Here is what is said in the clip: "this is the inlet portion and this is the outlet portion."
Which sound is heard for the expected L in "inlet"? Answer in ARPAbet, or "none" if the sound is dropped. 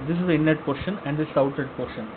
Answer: none